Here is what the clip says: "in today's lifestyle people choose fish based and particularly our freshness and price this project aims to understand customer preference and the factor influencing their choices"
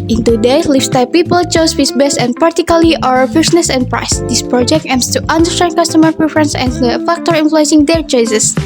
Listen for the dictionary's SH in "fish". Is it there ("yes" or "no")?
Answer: no